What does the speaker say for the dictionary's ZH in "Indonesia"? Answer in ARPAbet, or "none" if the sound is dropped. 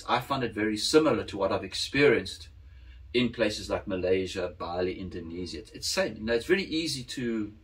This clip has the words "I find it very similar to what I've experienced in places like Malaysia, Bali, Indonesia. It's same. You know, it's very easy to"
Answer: Z